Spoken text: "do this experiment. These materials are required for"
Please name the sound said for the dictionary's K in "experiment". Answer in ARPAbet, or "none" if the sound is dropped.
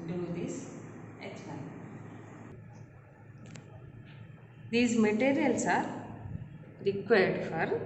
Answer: none